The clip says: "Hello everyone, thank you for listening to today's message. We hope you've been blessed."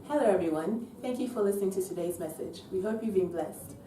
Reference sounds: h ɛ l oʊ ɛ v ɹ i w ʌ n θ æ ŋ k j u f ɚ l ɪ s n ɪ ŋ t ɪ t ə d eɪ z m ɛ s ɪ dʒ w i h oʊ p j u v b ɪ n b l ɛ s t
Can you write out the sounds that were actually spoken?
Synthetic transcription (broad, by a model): h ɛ l oʊ ɛ v ɹ i w ʌ n θ æ ŋ k j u f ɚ l ɪ s n ɪ ŋ t ɪ t ə d eɪ z m ɛ s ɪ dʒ w i h oʊ p j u v b ɪ n b l ɛ s t